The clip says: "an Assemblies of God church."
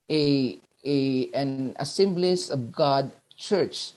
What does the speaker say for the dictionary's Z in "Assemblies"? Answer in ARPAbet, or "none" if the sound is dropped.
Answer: S